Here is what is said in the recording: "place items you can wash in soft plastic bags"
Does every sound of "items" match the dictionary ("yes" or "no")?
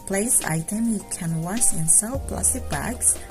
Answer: no